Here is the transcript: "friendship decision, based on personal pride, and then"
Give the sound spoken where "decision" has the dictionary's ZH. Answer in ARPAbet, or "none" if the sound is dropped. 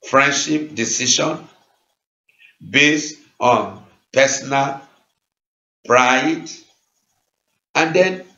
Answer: SH